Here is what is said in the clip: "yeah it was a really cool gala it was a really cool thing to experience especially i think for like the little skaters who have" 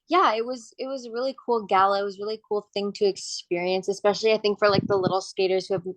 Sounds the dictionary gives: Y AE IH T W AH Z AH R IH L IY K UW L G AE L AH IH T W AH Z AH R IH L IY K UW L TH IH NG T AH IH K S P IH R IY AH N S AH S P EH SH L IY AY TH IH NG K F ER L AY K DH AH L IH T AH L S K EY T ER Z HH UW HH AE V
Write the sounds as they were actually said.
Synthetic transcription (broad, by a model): Y AE IH T W AH Z AH R IH L IY K UW L G AE L AH IH T W AH Z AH R IH L IY K UW L TH IH NG T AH IH K S P IH R IY AH N S AH S P EH SH L IY AY TH IH NG K F ER L AY K DH AH L IH T L S K EY T ER Z HH UW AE V